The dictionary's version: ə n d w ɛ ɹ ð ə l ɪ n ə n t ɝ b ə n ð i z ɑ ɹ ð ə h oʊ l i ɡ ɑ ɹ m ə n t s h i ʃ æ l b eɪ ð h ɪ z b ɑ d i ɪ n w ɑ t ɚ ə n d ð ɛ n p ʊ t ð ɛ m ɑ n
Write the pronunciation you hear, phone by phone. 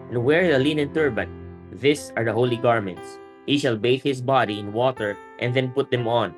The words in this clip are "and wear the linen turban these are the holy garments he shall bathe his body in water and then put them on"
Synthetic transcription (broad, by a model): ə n w ɛ ɹ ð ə l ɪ n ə n t ɝ b ə n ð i s ɑ ɹ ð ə h oʊ l i ɡ ɑ ɹ m ə n t s h i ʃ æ l b eɪ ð h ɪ s b ɑ d i ɪ n w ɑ t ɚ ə n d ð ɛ n p ʊ t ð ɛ m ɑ n